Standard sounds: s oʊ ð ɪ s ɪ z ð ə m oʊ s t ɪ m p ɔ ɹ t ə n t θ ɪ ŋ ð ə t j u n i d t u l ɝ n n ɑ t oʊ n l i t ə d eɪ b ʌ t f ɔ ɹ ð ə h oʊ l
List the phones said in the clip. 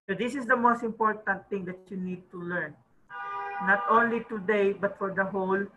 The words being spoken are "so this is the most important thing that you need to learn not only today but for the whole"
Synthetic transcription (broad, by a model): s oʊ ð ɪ s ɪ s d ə m oʊ s t ɪ m p ɔ ɹ t ə n t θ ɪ ŋ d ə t j u n i d t u l ɝ n n ɑ t oʊ n l i t ə d eɪ b ʌ t f ɔ ɹ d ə h oʊ l